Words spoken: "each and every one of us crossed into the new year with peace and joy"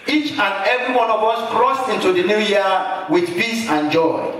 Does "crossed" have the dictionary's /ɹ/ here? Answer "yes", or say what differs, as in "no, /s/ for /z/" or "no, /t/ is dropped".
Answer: yes